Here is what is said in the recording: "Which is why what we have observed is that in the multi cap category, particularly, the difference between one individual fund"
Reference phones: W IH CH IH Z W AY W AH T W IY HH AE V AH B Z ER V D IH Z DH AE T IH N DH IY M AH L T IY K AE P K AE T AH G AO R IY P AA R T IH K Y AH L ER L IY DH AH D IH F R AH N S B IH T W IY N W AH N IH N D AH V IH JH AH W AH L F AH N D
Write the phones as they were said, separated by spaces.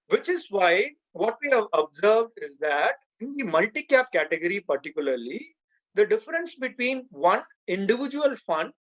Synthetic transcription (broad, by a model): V IH CH IH Z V AY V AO T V IY HH AE V AH B Z ER V D IH Z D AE T IH N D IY M AH L T IY K AE P K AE T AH G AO R IY P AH R T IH K Y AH L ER L IY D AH D IH F R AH N S B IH T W IY N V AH N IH N D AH V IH JH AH AH L F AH N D